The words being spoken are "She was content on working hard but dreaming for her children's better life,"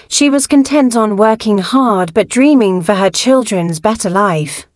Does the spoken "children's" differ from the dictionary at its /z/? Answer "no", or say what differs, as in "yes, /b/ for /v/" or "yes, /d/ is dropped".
no